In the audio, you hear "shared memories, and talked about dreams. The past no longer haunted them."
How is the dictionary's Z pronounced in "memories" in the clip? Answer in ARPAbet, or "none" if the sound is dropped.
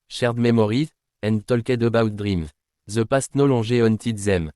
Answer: none